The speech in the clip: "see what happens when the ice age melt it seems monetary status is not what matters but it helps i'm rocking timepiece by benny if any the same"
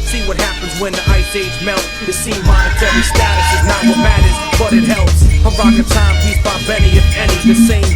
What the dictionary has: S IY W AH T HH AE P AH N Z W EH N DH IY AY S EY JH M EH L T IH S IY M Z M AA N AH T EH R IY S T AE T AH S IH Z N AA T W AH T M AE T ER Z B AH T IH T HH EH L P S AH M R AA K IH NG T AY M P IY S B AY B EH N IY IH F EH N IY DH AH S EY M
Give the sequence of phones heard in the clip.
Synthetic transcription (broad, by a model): S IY W AH T HH AE P AH N Z W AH N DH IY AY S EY Z M EH L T IH S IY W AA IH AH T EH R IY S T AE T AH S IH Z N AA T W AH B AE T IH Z B AH T IH T HH EH L P S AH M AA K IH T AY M IY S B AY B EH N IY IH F EH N IY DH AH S EY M